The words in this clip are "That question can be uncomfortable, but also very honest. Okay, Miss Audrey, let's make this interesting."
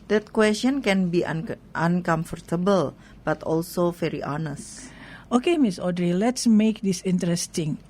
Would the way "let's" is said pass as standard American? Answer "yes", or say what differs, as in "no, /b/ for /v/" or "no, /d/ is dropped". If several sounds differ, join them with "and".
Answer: yes